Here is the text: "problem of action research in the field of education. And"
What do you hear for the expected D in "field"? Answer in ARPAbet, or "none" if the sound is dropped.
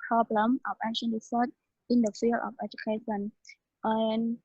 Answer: none